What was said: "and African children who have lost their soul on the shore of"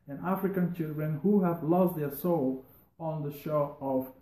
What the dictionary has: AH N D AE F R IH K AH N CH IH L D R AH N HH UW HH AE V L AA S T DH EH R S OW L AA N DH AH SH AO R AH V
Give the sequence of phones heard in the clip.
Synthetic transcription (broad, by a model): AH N AE F R IH K AH N CH IH L D R AH N HH UW HH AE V L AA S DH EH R S OW L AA N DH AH SH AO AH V